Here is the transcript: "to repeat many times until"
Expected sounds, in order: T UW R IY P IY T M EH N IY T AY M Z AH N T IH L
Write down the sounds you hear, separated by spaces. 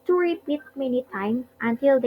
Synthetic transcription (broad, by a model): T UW R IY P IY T M EH N IY T AY M AH N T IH L